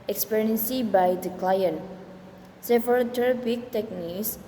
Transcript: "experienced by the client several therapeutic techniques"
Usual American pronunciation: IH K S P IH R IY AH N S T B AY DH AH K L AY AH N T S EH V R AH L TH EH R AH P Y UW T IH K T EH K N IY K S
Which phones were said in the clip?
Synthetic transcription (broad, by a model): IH K S P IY R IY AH N S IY B AY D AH K L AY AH N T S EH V AH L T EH R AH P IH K T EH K N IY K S